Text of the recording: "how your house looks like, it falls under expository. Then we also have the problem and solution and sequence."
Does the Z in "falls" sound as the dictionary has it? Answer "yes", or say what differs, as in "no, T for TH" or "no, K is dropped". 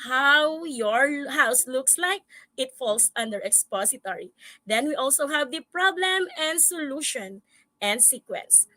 no, S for Z